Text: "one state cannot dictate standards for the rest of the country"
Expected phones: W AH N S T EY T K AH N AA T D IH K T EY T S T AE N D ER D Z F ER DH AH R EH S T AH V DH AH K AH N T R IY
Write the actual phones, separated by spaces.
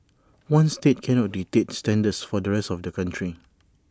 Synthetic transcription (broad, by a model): W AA N S T EY T K AH N AA T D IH T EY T S T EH N D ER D S F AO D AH R EH S T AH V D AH K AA N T R IY